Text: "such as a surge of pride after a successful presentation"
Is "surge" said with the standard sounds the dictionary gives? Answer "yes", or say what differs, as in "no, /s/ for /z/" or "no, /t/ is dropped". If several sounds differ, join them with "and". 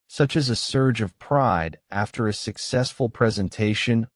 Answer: yes